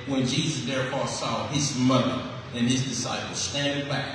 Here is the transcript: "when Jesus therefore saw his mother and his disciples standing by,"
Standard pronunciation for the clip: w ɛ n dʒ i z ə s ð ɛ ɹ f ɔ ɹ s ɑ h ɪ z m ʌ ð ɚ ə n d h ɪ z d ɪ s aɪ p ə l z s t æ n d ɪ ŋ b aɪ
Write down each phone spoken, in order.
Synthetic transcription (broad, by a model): w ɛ n dʒ i z ə s ð ɛ ɹ f ɔ ɹ s ɑ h ɪ z m ʌ ð ɚ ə n ɪ z d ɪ s aɪ p l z s t æ n d ɪ ŋ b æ